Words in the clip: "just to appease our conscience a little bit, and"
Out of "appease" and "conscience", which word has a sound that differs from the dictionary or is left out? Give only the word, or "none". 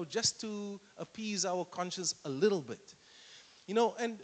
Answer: none